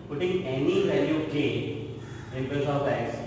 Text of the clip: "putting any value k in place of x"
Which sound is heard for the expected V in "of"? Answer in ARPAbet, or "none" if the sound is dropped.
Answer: B